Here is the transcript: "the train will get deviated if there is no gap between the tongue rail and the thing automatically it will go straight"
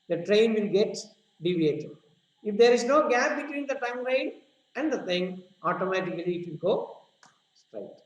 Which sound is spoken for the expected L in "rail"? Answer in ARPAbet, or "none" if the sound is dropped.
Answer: N